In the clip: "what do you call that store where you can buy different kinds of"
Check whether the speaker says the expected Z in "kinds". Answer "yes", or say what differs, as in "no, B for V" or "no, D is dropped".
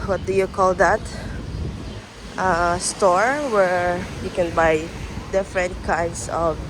no, S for Z